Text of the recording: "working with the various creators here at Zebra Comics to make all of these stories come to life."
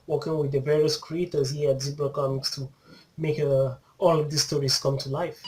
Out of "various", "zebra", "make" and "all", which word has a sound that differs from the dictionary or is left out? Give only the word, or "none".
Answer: zebra